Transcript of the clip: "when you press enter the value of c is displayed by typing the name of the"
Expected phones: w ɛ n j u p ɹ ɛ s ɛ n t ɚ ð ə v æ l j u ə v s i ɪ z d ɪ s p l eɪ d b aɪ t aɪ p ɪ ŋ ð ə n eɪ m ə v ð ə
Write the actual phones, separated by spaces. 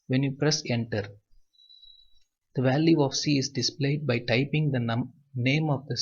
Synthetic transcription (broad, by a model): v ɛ n j u p ɹ ɛ s ɛ n t ɚ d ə v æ l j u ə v s i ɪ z d ɪ s p l eɪ d b aɪ t aɪ p ɪ ŋ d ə n eɪ m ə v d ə